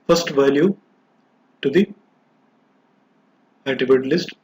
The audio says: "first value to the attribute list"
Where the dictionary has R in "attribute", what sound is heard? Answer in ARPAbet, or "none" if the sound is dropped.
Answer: none